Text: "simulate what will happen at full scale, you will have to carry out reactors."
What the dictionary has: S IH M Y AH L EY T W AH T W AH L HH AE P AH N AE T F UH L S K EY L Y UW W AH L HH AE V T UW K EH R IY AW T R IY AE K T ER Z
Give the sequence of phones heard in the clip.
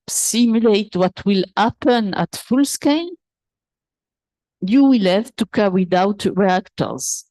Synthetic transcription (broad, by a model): S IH M Y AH L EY T W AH T W AH L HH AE P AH N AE T F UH L S K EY N Y UW W AH L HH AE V T UW K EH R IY AW T R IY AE K T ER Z